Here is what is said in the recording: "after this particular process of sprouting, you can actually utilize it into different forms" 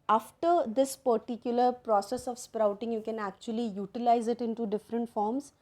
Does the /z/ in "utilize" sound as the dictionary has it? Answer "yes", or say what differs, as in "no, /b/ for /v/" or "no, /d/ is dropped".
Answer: yes